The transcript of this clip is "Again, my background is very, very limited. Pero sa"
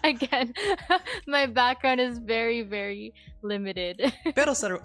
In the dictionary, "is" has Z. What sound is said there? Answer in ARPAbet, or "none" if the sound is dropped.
Z